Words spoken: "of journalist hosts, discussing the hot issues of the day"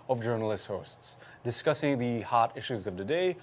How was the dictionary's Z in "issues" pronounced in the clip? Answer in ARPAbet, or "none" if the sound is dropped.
Z